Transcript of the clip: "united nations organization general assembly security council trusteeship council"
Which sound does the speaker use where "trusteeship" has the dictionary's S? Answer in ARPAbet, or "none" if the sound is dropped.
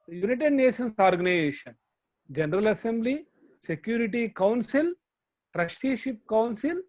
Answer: SH